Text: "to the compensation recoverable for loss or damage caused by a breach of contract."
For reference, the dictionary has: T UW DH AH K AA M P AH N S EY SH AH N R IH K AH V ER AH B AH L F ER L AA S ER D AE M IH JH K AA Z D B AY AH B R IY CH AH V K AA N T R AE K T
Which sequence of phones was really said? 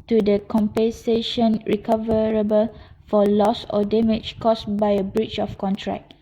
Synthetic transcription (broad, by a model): T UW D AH K AA M P AH N S EY SH AH N R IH K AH V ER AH B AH L F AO L AA S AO D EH M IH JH K AA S B AY AH B R IY CH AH F K AA N T R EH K